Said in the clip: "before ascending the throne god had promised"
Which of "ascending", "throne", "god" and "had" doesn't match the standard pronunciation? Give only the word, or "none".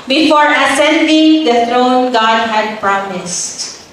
throne